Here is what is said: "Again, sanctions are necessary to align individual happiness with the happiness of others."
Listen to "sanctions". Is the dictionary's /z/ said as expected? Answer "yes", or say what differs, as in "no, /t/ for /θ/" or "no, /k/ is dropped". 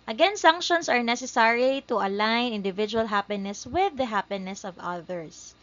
no, /s/ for /z/